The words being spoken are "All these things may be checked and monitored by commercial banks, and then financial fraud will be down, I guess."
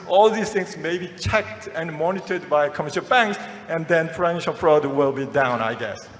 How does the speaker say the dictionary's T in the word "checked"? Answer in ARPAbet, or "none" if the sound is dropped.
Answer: T